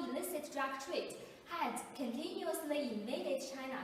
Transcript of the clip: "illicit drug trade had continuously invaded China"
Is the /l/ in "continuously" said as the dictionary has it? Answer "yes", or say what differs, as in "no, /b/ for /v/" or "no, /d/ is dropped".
no, /n/ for /l/